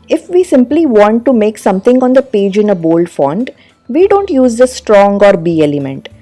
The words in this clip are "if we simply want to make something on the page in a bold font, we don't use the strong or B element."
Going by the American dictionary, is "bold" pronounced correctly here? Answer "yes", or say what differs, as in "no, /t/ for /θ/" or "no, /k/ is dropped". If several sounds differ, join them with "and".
yes